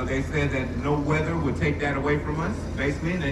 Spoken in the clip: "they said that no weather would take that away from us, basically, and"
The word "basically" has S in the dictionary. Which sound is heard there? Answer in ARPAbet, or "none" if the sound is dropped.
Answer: none